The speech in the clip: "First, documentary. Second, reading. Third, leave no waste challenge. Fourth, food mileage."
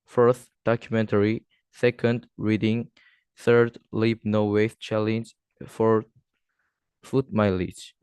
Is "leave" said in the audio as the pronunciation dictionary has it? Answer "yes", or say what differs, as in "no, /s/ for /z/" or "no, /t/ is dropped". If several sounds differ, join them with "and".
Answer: no, /b/ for /v/